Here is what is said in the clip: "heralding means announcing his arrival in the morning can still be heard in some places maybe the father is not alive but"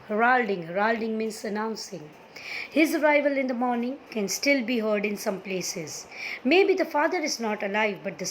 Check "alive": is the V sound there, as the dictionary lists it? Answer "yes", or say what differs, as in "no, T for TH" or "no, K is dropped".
yes